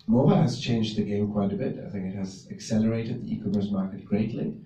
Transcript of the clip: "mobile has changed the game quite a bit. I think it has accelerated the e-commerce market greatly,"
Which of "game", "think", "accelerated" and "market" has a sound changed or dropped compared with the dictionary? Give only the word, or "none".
none